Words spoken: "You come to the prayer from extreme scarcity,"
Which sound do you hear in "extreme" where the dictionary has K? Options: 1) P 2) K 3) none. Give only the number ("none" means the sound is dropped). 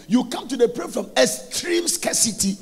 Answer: 3